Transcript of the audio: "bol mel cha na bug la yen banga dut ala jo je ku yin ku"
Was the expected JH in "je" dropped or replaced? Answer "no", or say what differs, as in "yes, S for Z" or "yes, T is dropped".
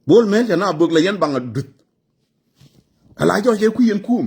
yes, CH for JH